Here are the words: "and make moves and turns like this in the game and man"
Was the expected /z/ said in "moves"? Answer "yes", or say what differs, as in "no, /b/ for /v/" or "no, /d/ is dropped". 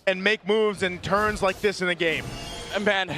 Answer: yes